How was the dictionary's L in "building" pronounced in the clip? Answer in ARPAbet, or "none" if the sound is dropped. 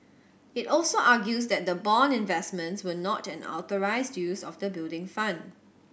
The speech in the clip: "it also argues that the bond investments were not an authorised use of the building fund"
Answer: L